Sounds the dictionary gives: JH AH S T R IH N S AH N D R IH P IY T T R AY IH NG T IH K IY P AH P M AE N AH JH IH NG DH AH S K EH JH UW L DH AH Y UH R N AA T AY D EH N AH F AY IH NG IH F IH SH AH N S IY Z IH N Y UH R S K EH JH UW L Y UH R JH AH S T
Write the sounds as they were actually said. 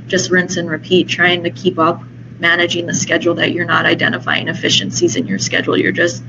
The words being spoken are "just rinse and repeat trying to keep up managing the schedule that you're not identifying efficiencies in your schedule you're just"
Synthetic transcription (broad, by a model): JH AH S T R IH N S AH N R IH P IY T T R AY IH NG T IH K IY P AH P M AE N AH JH IH NG DH AH S K EH JH L DH AH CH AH R N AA T AY D EH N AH F AY IH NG IH F IH SH AH N S IY Z IH N Y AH R S K EH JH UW L Y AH R JH AH S T